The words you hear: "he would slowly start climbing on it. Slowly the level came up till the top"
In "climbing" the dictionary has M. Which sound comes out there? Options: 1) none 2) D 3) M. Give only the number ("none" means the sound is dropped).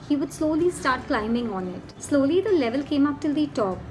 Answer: 3